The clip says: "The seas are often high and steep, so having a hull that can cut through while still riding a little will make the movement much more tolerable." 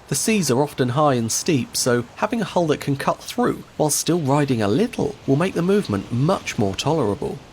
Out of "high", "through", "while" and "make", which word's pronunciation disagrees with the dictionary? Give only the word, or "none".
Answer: none